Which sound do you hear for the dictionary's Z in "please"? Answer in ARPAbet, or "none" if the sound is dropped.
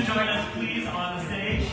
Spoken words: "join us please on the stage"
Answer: Z